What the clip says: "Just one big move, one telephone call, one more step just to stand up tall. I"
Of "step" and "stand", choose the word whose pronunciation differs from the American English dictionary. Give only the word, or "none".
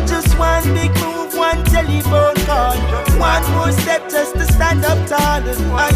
none